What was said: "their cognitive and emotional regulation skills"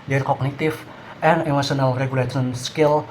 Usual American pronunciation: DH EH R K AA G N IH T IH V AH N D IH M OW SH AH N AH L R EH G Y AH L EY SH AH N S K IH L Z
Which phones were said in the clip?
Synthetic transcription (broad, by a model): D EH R K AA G N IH T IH F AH N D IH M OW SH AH N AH L R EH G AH L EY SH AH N S K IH L